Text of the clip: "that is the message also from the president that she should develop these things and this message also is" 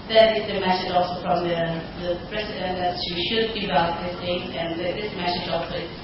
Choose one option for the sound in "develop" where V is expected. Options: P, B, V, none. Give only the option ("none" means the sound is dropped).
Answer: B